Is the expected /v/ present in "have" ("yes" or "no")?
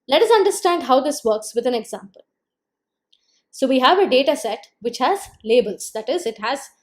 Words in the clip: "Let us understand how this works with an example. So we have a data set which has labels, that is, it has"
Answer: yes